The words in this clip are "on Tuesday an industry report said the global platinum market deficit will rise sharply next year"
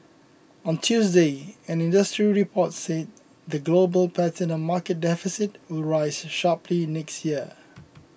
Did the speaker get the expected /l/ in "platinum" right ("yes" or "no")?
no